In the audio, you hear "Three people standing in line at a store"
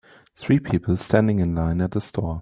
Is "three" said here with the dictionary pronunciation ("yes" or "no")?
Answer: yes